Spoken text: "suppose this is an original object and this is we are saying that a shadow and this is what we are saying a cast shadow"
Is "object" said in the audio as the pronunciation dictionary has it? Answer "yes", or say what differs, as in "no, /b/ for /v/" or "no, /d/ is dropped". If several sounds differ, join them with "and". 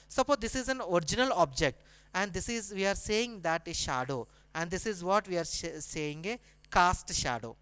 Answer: yes